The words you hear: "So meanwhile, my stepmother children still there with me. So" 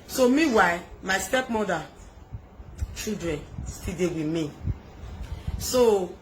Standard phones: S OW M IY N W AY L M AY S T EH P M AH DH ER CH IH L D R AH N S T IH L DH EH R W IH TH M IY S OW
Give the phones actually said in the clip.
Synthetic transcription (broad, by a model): S OW M IY W AY M AY S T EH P M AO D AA CH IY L D R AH N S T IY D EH W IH M IY S OW